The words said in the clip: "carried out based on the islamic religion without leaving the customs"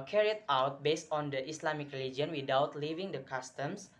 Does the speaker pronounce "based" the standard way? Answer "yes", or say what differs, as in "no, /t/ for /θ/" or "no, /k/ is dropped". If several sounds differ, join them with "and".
yes